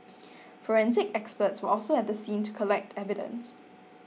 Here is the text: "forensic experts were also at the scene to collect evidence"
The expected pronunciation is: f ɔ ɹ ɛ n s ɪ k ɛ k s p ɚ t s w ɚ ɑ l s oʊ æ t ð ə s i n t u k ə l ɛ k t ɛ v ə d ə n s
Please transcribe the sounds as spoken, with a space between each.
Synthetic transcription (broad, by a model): f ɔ ɹ ɛ n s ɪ k ɛ k s p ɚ t s w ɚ ɑ l s oʊ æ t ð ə s i n t u k ə l ɛ k t ɛ v ə d ə n s